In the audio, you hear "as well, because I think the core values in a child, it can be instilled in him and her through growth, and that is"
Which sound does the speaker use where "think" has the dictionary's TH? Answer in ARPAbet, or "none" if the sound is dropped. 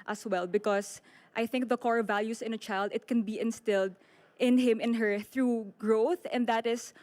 TH